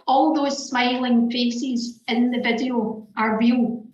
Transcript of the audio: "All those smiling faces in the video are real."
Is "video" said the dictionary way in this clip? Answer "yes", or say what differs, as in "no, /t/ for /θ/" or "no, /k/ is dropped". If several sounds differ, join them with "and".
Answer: yes